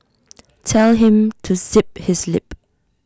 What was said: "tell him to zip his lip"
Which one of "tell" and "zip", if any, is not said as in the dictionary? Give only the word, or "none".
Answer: zip